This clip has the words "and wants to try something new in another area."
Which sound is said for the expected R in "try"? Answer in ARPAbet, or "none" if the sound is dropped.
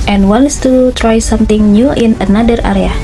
R